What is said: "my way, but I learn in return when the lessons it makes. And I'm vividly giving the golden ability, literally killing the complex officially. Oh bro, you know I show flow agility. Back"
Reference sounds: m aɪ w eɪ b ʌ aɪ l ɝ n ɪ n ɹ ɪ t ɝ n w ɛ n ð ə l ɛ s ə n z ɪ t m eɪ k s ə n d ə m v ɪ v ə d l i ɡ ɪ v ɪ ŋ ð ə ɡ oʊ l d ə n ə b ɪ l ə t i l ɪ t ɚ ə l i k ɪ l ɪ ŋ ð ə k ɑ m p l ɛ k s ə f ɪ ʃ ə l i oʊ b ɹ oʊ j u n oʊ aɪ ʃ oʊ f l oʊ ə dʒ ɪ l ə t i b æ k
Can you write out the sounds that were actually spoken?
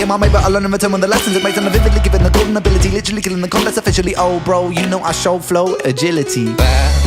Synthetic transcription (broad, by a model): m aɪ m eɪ b ʌ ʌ l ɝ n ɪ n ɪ t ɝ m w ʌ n ð ə l ɛ s ə n z ɪ t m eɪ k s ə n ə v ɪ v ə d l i ɡ ɪ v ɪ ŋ ð ə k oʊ d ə n ə b ɪ l ə t i l ɪ t ɚ ə l i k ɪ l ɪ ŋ ð ə k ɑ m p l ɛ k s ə f ɪ ʃ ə l i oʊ b ɹ oʊ j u n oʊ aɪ ʃ oʊ f l oʊ ə dʒ ɪ l ə t i